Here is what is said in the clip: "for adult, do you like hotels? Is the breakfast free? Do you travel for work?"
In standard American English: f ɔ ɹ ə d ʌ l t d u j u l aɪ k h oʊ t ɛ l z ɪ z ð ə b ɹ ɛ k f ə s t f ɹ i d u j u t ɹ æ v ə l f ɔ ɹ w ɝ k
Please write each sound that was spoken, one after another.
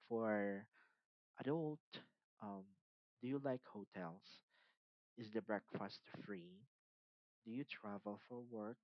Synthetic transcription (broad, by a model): f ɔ ɹ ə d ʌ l t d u j u l aɪ k h oʊ t ɛ l s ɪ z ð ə b ɹ ɛ k f ə s t f ɹ i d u j u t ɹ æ v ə l f ɔ ɹ w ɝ k